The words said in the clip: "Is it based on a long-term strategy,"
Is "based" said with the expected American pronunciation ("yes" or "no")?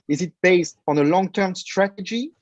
yes